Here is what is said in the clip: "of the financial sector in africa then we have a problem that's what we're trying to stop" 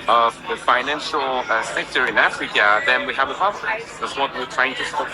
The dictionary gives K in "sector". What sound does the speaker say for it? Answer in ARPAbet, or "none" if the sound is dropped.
K